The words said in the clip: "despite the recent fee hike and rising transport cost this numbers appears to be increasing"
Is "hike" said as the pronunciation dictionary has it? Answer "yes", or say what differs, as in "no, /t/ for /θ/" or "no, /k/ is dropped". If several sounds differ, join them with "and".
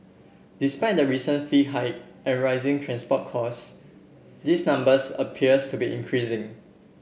no, /k/ is dropped